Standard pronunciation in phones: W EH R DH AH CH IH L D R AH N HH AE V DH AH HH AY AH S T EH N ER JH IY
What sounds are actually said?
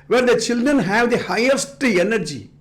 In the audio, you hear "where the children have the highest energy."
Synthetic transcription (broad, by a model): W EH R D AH CH IH L D R AH N HH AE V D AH HH AY AH S T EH N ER JH IY